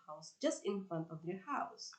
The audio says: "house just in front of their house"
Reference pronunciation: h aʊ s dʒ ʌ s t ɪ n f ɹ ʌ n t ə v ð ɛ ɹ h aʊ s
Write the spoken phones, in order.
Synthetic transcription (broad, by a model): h aʊ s dʒ ʌ s t ɪ n f ɹ ʌ n t ə v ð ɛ ɹ h aʊ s